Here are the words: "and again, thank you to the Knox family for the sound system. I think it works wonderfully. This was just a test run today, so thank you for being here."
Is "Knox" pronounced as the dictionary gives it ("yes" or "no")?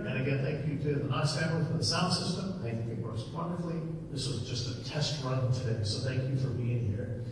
no